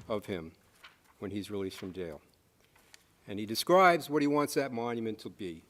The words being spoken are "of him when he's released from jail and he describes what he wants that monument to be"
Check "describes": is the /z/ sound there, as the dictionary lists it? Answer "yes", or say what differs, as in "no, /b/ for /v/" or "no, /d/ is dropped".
yes